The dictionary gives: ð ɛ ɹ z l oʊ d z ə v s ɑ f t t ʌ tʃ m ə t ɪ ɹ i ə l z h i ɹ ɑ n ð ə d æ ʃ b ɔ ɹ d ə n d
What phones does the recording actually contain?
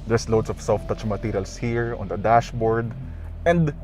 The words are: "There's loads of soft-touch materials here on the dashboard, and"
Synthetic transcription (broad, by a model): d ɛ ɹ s l oʊ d s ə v s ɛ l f t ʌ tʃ m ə t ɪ ɹ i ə l s h i ɹ ɑ n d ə d æ ʃ b ɔ ɹ d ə n d